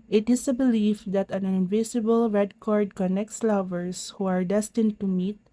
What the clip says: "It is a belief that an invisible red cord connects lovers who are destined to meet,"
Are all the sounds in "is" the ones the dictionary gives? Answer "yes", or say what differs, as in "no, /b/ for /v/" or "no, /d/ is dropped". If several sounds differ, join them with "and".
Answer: no, /s/ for /z/